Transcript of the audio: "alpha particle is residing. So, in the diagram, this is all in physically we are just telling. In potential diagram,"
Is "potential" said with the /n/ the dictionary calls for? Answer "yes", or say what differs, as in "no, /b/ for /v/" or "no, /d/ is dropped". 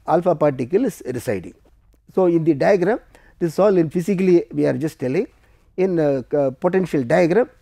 yes